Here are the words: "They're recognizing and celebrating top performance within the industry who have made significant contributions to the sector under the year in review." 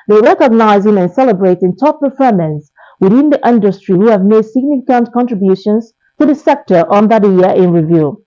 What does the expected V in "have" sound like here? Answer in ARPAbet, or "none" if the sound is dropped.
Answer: V